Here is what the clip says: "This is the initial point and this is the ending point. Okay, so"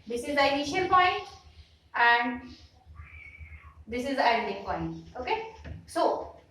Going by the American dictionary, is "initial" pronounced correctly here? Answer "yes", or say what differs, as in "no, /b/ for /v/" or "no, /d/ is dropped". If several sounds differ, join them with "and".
no, /n/ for /l/